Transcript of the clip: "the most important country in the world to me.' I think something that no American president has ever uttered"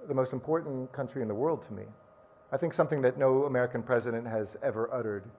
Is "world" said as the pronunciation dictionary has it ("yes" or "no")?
yes